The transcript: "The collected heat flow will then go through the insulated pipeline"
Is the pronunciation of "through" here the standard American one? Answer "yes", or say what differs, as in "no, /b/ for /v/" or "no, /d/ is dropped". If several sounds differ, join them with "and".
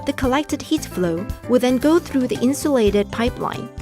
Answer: yes